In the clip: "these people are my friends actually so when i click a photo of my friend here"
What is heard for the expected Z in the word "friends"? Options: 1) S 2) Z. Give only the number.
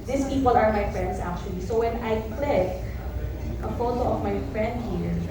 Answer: 1